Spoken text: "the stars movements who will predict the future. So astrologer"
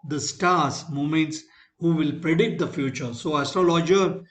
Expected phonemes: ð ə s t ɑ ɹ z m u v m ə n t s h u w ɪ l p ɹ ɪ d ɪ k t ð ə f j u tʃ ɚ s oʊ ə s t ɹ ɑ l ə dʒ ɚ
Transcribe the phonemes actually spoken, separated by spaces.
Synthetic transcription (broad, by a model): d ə s t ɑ ɹ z m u m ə n t s h u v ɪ l p ɹ ɪ d ɪ k t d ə f j u tʃ ɚ s oʊ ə s t ɹ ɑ l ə dʒ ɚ